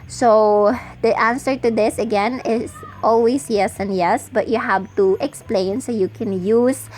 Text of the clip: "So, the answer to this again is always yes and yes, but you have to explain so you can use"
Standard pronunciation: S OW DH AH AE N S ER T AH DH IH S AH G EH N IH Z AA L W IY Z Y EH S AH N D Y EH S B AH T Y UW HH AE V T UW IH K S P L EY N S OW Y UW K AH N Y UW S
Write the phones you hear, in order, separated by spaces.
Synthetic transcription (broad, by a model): S OW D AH AE N S ER T AH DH IH S AH G EH N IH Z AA L W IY S Y EH S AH N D Y EH S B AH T Y UW HH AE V T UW IH K S P L EY N S OW Y UW K AH N Y UW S